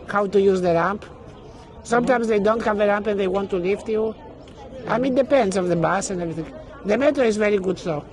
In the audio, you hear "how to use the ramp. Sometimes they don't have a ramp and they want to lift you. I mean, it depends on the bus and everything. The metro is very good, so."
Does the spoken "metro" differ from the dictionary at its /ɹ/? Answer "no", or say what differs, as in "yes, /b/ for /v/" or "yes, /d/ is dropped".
yes, /ɹ/ is dropped